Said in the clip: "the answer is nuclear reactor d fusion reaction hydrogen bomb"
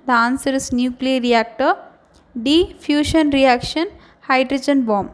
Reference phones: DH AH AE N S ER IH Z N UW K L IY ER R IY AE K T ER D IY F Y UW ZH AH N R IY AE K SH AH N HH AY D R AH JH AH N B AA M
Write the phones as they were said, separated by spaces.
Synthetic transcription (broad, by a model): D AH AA N S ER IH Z N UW K L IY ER R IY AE K T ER D IY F Y UW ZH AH N R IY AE K SH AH N HH AY D R AH JH AH N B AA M